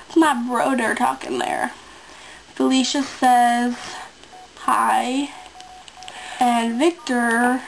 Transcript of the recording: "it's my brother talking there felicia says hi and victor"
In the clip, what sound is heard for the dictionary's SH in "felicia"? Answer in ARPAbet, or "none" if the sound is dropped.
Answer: SH